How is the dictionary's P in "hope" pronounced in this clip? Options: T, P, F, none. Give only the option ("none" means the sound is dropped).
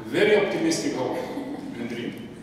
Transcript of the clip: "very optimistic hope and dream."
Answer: none